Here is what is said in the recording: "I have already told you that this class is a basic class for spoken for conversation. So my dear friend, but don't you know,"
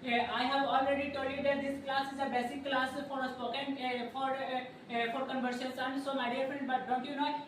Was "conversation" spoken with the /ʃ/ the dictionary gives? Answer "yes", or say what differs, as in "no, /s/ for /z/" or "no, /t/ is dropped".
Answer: no, /s/ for /ʃ/